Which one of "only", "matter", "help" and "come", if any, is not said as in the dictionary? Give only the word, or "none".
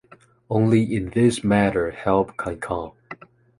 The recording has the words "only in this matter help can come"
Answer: come